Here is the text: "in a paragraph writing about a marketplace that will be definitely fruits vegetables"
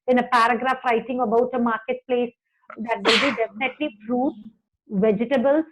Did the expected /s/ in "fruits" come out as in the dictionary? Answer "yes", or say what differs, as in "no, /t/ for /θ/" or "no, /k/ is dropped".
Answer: no, /s/ is dropped